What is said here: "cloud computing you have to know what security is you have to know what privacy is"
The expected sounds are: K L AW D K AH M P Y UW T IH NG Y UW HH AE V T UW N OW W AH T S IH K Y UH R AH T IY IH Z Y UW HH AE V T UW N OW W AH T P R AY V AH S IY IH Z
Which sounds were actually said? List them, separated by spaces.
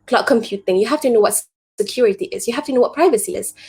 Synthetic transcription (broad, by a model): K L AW K AH M P Y UW T IH NG Y UW HH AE F T UW N OW W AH T S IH K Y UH R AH T IY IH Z Y UW HH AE F T UW N OW W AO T P R AY V AH S IY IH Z